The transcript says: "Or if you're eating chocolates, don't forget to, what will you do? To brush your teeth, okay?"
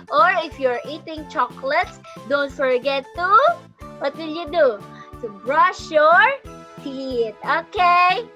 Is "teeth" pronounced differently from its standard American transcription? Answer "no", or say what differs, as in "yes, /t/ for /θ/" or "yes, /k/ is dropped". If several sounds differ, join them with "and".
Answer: yes, /t/ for /θ/